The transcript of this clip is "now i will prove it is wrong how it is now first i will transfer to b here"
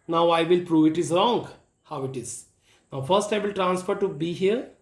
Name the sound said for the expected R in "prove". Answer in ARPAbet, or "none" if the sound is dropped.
R